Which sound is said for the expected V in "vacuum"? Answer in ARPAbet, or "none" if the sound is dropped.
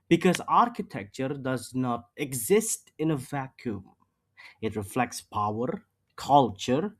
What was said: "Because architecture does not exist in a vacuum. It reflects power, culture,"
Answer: V